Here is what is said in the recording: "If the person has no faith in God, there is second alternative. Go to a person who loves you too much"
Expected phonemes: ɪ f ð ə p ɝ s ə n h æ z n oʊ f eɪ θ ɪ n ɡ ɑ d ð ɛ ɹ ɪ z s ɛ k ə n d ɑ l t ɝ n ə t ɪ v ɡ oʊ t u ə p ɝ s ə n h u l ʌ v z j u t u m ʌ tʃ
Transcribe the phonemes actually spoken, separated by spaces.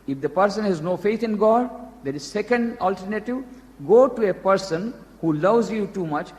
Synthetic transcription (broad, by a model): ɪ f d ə p ɝ s ə n h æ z n oʊ f eɪ t ɪ n ɡ ɑ d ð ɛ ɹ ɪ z s ɛ k ə n d ɑ l t ɝ n ə t ɪ v ɡ oʊ t u ə p ɝ s ə n h u l ʌ v z j u t u m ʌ tʃ